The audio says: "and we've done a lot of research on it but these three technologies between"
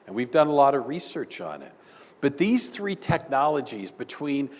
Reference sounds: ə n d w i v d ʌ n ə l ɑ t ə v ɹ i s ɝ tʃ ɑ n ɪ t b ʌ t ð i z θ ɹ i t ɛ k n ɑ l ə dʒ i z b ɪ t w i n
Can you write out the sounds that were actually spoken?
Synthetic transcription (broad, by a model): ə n w i v d ʌ n ə l ɑ t ə v ɹ i s ɝ tʃ n ɪ t b ʌ t ð i z θ ɹ i t ɛ k n ɑ l ə dʒ i z b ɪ t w i n